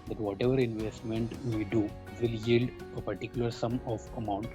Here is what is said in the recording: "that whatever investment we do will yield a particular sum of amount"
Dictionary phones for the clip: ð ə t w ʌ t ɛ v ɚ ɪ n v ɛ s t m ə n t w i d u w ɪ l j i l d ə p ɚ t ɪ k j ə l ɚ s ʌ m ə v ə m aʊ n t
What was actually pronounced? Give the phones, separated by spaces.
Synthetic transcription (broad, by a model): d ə t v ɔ t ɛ v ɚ ɪ n v ɛ s t m ə n t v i d u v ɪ l j i l d ə p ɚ t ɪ k j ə l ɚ s ʌ m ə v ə m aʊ n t